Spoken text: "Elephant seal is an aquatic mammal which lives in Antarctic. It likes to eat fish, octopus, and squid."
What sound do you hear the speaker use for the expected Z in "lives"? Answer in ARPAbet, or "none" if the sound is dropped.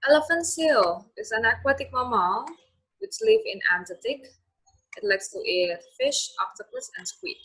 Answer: none